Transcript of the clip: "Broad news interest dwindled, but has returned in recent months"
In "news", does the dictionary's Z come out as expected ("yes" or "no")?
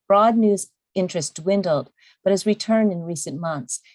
yes